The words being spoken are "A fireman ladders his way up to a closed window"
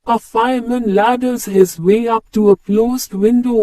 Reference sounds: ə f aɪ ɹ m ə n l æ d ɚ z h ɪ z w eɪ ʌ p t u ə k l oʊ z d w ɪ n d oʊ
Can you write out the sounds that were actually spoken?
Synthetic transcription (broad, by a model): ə f aɪ m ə n l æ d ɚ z h ɪ z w eɪ ʌ p t u ə k l oʊ z d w ɪ n d oʊ